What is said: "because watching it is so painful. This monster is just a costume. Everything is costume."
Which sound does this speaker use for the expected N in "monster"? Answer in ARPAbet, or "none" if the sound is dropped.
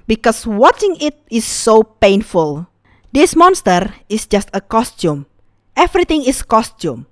N